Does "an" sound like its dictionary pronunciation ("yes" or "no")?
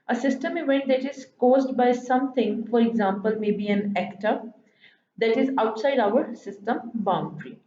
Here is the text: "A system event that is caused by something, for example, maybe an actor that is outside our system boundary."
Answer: yes